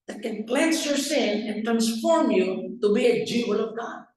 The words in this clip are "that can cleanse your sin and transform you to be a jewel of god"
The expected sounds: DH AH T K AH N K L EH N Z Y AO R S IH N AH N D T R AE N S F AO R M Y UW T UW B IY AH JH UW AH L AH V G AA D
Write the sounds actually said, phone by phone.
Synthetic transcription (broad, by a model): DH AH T K AH N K L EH N S Y AO R S IH N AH N T R AE N S F AO R M Y UW T UW B IY AH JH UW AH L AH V G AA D